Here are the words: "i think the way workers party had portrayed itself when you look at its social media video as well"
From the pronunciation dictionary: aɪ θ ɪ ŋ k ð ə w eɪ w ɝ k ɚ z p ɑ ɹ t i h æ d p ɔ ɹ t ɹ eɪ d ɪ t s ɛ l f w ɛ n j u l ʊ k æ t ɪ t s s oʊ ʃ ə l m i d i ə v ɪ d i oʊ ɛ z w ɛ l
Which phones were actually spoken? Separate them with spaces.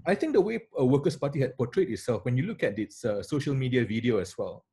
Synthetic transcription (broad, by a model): aɪ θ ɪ ŋ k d ə w eɪ w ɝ k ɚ s p ɑ t i h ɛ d p ɔ t ɹ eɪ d ɪ t s ɛ l f w ɛ n j u l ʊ k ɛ t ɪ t s s oʊ ʃ ə l m i d i ə v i d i oʊ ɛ s w ɛ l